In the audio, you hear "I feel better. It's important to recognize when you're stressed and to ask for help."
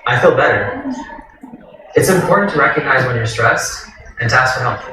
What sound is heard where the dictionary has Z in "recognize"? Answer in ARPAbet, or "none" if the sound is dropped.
Z